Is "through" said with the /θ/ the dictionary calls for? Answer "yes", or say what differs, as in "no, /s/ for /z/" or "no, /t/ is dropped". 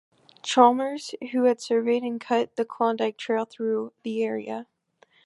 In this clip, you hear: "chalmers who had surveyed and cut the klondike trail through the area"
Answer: yes